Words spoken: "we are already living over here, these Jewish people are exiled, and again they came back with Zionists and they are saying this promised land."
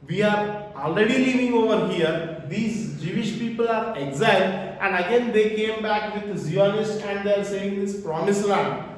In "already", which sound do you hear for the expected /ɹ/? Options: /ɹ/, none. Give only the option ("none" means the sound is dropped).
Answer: /ɹ/